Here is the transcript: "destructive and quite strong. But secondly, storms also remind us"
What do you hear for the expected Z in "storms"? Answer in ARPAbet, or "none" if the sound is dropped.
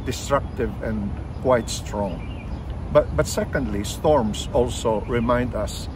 S